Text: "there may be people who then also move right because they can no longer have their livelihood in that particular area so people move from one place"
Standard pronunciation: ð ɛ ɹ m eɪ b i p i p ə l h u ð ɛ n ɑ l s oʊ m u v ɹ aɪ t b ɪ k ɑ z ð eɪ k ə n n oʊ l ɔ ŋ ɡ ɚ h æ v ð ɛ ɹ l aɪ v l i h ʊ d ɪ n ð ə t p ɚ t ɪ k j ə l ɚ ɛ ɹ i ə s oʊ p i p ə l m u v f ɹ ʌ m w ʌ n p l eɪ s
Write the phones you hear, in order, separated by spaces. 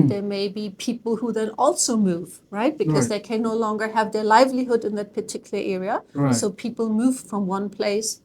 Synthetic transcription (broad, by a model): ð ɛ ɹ m eɪ b i p i p l h u ð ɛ n ɑ l s oʊ m u v ɹ aɪ t b ɪ k ɑ z ð eɪ k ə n n oʊ l ɔ ŋ ɡ ɚ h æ v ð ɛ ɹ l aɪ v l i h ʊ d ɪ n ð ə t p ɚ t ɪ k j l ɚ ɛ ɹ i ə s oʊ p i p l m u v f ɹ ʌ m w ʌ n p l eɪ s